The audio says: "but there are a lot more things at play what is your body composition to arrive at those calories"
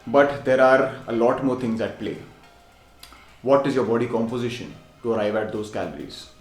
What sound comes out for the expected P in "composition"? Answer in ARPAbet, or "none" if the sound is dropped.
P